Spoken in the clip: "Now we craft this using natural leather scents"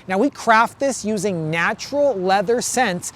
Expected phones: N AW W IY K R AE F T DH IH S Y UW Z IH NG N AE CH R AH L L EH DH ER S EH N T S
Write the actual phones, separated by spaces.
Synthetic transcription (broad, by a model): N AW W IY K R AE F T DH IH S Y UW Z IH NG N AE CH R L L EH DH ER S EH N S